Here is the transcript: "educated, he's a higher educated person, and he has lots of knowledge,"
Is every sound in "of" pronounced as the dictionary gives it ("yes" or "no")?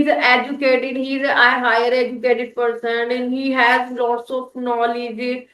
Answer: no